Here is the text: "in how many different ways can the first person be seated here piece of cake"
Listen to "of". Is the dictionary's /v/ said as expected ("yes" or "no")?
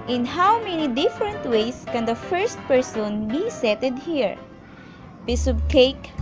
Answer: no